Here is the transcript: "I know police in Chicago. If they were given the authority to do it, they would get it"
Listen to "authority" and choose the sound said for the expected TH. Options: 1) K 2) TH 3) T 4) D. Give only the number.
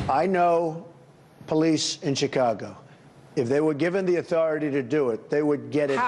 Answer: 2